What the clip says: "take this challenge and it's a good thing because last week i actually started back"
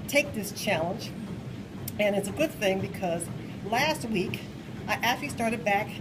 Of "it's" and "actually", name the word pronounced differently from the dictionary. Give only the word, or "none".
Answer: actually